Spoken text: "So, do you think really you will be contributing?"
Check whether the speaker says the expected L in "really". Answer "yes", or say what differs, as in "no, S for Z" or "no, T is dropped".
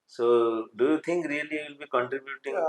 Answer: no, L is dropped